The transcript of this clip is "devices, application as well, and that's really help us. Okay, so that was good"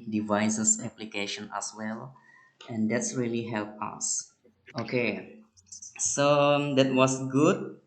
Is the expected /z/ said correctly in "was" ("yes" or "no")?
no